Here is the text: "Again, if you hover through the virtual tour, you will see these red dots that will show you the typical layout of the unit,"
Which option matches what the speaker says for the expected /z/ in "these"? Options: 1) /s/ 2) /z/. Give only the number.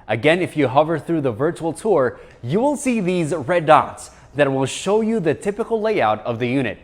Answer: 2